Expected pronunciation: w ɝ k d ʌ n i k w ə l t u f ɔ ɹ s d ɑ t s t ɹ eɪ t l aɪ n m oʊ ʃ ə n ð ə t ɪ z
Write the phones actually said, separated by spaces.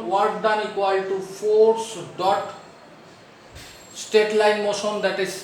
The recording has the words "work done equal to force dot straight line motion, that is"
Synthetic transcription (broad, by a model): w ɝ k d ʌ n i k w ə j t u f ɔ ɹ s d ɑ t s t eɪ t l aɪ n m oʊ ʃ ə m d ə t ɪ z